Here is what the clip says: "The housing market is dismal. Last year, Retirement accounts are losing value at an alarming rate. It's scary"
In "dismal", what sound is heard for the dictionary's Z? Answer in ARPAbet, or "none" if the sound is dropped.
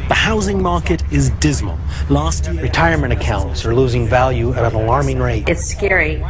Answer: Z